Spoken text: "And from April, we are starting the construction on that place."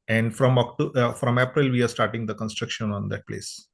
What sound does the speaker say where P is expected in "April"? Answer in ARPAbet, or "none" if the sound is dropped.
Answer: P